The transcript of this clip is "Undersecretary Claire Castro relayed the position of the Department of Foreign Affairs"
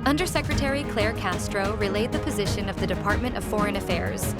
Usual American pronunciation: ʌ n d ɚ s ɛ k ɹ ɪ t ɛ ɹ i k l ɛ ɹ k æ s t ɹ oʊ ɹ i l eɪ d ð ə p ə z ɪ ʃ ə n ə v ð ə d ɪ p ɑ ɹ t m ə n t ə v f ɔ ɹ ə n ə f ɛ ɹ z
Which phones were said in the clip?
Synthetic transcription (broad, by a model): ʌ n d ɚ s ɛ k ɹ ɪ t ɛ ɹ i k l ɛ ɹ k æ s t ɹ oʊ ɹ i l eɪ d ð ə p ə z ɪ ʃ ə n ə v ð ə d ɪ p ɑ ɹ t m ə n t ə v f ɔ ɹ ə n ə f ɛ ɹ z